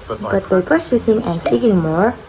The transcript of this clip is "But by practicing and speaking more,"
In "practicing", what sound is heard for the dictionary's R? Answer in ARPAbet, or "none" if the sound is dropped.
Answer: none